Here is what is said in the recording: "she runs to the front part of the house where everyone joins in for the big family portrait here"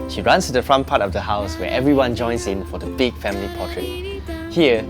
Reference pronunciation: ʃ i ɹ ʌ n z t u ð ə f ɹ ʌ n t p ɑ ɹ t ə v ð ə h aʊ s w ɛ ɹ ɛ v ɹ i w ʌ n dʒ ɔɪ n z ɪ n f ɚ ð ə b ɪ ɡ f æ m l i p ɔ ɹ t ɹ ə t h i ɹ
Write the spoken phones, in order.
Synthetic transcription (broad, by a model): ʃ i ɹ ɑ n s t u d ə f ɹ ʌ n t p ɑ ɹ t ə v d ə h aʊ s w ɛ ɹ ɛ v ɹ i w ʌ n dʒ ɔɪ n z ɪ n f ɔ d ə b ɪ ɡ f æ m l i p ɔ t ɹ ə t h i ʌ